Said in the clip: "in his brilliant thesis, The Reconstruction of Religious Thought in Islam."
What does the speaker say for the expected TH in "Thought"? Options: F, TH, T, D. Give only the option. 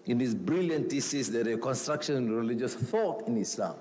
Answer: F